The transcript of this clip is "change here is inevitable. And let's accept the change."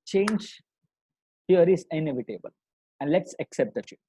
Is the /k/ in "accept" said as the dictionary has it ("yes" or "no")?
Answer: yes